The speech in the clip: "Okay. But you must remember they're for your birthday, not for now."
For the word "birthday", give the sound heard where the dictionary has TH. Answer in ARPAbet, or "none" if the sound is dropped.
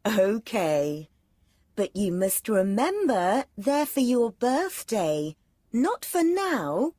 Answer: TH